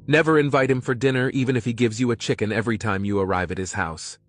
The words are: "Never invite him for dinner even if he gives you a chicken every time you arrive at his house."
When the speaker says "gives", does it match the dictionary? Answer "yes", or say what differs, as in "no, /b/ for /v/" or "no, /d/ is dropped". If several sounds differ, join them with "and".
yes